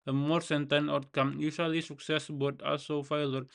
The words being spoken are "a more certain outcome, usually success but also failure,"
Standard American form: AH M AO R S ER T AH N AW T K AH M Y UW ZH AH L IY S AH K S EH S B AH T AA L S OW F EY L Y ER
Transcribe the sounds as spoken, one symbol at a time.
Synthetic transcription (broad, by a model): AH M AO R S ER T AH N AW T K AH M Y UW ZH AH L IY S AH K S EH S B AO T AA L S OW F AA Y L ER